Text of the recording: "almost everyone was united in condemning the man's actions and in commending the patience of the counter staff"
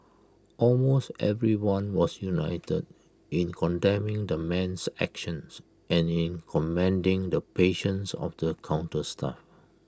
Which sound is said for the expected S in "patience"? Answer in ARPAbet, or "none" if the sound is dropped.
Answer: S